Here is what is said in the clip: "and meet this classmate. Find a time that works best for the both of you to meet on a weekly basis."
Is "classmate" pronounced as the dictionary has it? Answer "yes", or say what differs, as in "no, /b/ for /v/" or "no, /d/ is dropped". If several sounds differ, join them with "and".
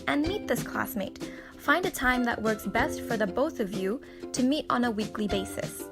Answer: yes